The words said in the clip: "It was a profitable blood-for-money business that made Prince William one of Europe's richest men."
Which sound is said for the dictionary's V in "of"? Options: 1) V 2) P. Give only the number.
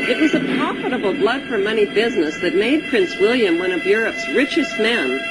1